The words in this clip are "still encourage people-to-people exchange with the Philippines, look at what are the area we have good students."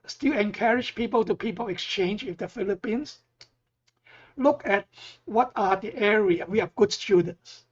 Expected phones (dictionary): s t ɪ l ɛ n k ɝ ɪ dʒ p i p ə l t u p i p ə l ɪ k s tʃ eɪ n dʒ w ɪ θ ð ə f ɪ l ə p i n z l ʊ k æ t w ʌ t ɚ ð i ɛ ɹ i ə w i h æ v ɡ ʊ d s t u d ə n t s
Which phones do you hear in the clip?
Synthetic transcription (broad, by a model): s t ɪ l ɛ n k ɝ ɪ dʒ p i p ə l t u p i p ə l ɪ k s tʃ eɪ n dʒ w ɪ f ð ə f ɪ l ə p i n s l ʊ k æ t w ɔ t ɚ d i ɛ ɹ i ə w i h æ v ɡ ʊ d s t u d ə n t s